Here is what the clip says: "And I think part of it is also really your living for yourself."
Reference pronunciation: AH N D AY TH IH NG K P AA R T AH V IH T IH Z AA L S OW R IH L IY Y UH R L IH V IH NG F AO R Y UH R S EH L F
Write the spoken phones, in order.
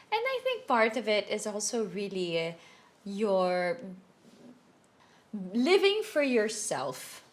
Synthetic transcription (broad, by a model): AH N D AY TH IH NG K P AA R T AH V IH T IH Z AA L S OW R IH L IY Y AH R L IH V IH NG F AO R Y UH R S EH L F